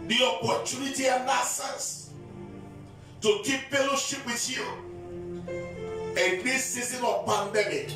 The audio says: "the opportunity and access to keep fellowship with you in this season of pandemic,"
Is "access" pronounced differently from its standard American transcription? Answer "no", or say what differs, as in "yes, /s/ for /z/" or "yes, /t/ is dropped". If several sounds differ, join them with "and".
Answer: yes, /k/ is dropped